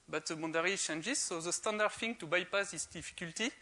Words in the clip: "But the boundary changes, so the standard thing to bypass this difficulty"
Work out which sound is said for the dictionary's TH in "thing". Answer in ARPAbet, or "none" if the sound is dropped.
F